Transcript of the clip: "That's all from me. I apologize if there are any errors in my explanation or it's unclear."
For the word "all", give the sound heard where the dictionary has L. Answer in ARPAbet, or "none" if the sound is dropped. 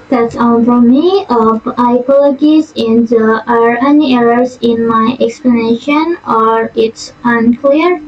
N